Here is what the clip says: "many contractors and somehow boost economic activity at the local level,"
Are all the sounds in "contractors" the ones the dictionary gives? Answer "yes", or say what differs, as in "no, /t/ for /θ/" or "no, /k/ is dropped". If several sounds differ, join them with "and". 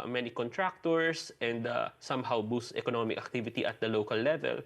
no, /s/ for /z/